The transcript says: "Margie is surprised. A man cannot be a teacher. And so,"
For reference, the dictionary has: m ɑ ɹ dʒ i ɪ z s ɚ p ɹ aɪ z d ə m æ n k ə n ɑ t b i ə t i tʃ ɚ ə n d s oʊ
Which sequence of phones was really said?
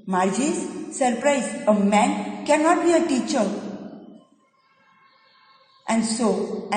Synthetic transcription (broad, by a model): m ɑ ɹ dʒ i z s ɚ p ɹ aɪ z ə m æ n k ə n ɑ t b i ə t i tʃ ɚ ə n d s oʊ